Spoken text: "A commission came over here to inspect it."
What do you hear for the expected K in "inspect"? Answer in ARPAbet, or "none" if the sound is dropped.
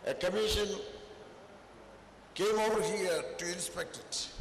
K